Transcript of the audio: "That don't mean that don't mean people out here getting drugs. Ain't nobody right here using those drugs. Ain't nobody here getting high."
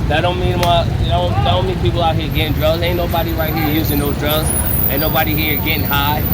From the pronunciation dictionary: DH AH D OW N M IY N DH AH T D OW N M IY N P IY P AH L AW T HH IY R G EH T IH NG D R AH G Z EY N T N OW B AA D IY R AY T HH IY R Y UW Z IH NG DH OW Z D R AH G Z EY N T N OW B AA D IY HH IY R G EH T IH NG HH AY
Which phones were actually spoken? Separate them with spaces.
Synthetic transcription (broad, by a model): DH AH D OW N M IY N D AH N D OW N M IY N P IY P L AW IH HH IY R G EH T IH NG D R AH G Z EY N N OW B AA D IY R AY T HH IY R Y UW Z IH NG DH OW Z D R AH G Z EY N N OW B AA D IY HH IY R G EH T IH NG HH AY